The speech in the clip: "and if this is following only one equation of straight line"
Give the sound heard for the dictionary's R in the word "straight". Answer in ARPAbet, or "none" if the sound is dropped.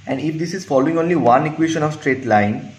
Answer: R